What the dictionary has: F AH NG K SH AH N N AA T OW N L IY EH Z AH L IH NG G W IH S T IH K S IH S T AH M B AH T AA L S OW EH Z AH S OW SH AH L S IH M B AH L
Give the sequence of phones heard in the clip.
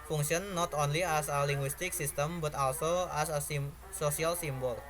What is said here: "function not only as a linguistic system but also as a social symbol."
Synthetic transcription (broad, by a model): F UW NG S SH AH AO N AA T OW N L IY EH S AH L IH NG G W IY S T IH K S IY S T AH M B AH T AA L S OW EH S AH S OW S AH L S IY M B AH L